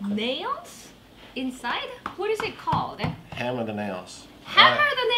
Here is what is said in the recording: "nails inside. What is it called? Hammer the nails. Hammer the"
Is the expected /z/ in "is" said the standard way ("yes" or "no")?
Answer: yes